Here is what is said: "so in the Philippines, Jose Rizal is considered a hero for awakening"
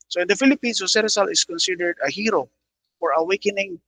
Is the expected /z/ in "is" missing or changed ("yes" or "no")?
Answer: yes